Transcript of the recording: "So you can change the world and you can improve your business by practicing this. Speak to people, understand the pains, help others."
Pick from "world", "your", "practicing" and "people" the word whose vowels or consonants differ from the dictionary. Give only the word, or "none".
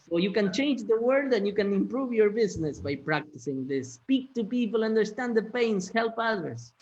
world